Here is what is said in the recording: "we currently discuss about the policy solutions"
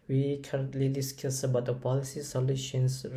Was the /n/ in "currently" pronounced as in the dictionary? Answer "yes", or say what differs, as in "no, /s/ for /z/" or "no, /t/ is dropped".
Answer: yes